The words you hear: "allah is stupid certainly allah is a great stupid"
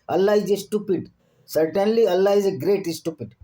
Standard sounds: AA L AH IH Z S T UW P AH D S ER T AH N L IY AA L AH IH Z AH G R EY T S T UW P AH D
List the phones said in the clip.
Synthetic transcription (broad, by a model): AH L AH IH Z S T UW P AH D S ER T AH N L IY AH L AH IH Z AH G R EY T S T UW P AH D